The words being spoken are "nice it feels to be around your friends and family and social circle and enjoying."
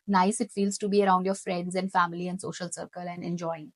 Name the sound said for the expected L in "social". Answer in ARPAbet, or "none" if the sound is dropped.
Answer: L